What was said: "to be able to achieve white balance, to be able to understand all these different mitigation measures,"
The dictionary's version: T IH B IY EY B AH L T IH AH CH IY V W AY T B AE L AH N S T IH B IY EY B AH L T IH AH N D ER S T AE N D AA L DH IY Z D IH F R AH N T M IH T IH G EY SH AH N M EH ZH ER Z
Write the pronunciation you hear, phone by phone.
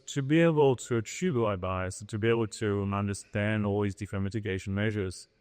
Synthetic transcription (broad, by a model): T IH B IY EY B AH L T IH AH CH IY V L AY B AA AH S T IH B IY EY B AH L T IH AH N D ER S T AE N D AA L DH IY Z D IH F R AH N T M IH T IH G EY SH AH N M EH ZH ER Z